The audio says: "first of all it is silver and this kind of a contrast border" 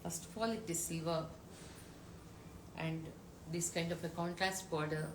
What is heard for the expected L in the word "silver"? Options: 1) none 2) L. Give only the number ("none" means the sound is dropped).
1